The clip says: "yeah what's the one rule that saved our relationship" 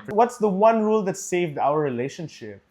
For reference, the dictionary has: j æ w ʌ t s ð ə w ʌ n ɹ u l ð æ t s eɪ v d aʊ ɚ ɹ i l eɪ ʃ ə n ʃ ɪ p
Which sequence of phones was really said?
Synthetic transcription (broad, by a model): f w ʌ t s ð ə w ʌ n ɹ u l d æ t s eɪ v d aʊ ɚ ɹ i l eɪ ʃ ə n ʃ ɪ p